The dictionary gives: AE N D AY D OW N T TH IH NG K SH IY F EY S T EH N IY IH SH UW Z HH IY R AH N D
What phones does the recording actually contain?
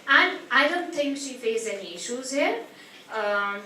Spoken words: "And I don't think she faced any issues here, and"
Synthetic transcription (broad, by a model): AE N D AY D OW N T T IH NG K SH IY F EY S EH N IY IH SH UW Z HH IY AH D